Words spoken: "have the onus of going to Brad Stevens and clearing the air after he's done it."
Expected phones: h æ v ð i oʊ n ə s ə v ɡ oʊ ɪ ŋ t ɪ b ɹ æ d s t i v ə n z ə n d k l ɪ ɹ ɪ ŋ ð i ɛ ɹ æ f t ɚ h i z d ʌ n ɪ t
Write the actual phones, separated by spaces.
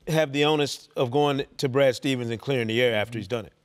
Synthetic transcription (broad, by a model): h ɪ v ð i oʊ n ə s ə v ɡ oʊ ɪ ŋ t ɪ b ɹ æ d s t i v ə n z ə n k l ɪ ɹ ɪ ŋ ð i ɛ ɹ æ f t ɚ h i z d ʌ n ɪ t